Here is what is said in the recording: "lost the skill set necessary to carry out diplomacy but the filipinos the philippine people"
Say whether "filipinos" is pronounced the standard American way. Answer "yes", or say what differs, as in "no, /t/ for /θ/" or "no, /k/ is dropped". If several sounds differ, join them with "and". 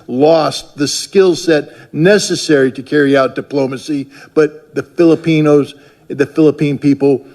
yes